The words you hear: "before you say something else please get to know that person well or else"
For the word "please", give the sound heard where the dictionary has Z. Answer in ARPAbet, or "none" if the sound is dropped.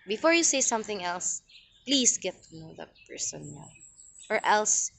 S